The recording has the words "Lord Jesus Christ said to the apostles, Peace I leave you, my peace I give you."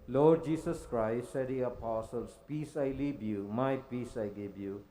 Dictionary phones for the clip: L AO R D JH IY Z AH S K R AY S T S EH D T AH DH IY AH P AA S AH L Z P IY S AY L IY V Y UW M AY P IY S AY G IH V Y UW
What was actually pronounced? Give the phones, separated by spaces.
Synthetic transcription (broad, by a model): L AO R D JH IY S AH S K R AY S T S EH D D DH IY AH P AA S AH L S P IY S AY L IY B Y UW M AY P IY S AY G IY B Y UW